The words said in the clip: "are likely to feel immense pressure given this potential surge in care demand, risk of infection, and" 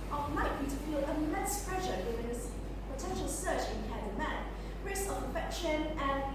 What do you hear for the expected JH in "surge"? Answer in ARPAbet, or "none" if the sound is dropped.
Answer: CH